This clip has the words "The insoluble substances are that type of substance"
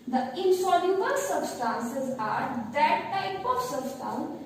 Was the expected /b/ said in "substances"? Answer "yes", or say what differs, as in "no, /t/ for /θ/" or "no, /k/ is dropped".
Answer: yes